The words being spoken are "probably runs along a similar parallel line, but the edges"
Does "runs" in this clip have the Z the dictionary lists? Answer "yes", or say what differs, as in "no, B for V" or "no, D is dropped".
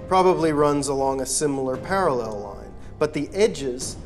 yes